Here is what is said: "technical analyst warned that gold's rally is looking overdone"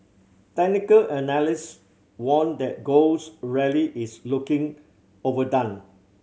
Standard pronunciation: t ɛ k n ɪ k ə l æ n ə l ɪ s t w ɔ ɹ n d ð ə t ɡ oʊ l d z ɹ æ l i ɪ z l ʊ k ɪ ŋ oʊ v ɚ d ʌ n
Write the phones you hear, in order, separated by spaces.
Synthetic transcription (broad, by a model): t ɛ k n ɪ k ə l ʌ n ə l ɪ s w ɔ n d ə t ɡ oʊ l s ɹ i l i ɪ s l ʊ k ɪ ŋ oʊ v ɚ d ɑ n